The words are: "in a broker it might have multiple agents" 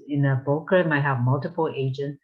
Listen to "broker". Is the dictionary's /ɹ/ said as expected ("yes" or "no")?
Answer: no